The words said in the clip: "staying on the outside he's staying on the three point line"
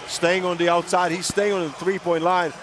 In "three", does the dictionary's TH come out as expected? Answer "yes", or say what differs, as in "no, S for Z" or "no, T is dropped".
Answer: yes